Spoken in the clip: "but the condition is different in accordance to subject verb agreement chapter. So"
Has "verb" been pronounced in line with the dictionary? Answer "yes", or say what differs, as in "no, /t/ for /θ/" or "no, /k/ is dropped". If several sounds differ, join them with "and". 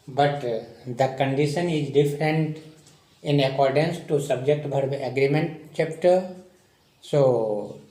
no, /b/ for /v/